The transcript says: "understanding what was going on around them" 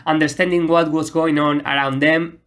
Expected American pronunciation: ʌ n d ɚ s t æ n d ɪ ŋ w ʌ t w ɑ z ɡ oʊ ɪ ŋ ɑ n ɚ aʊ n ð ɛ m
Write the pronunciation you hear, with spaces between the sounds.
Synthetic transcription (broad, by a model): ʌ n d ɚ s t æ n d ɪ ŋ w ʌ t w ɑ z ɡ oʊ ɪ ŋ ɑ n ɚ aʊ n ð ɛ m